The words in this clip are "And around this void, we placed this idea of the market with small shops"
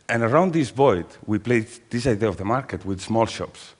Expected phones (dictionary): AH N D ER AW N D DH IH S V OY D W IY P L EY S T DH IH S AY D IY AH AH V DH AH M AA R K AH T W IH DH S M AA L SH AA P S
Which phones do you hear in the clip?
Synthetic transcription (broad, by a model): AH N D ER AW N D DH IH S B OY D W IY P L EY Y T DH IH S AY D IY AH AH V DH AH M AA R K AH T W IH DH S M AA L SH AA P S